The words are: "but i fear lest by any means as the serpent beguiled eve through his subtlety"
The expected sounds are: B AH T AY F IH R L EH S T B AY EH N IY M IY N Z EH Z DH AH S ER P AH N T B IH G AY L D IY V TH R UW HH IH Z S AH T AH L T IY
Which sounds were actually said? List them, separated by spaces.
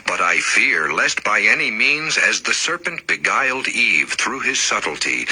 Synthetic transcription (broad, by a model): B AH T AY F IH R L EH S T B AY EH N IY M IY N Z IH Z DH AH S ER P AH N T B IH G AY L D IY V TH R UW IH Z S AH T L T IY